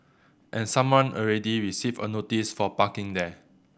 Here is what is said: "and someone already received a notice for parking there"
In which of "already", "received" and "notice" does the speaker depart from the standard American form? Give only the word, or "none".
received